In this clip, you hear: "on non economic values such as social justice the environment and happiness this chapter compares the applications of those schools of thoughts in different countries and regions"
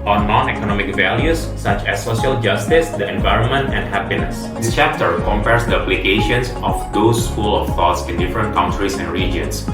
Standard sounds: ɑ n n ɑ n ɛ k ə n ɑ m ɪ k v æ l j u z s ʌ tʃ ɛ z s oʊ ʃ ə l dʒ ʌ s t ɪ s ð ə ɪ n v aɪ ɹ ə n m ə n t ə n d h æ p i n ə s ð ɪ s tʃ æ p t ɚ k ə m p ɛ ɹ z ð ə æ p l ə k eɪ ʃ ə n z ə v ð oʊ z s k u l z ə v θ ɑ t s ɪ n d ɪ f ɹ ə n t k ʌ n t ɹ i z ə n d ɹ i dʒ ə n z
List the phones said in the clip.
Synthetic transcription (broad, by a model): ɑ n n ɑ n ɛ k ə n ɑ m ɪ k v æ l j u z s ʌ tʃ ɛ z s oʊ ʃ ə l dʒ ʌ s t ɪ s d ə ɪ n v aɪ ɹ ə n m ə n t ə n d h æ p i n ə s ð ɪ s tʃ æ p t ɚ k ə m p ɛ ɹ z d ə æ p l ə k eɪ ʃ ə n s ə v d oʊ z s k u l ə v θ ɑ t s ɪ n d ɪ f ɹ ə n t k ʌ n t ɹ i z ə n d ɹ i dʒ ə n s